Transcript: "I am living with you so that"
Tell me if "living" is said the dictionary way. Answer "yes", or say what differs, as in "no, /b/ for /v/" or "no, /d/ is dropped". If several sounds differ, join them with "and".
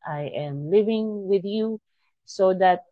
yes